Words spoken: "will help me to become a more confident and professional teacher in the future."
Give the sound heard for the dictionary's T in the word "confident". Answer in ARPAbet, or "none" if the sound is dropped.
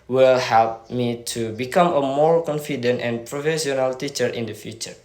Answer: T